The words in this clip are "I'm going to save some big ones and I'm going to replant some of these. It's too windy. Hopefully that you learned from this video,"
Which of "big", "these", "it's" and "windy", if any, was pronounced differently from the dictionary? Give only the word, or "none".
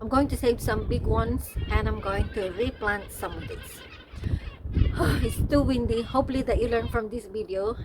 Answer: these